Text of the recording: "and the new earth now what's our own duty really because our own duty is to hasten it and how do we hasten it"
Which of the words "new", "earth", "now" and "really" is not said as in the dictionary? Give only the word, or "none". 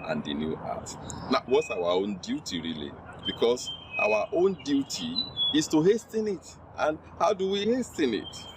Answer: earth